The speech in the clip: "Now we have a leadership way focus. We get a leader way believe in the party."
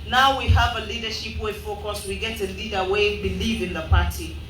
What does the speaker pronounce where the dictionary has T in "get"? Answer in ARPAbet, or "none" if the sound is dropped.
T